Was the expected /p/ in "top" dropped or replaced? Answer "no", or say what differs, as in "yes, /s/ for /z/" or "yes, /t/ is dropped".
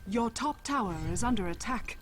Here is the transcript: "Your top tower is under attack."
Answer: no